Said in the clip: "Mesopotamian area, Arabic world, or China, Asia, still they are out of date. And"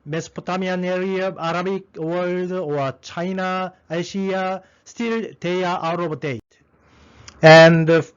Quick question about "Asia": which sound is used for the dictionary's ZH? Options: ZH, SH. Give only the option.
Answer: SH